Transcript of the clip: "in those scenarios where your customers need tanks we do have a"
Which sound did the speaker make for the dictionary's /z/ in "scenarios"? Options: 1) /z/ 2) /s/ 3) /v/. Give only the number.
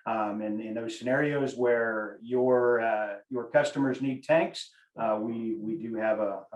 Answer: 1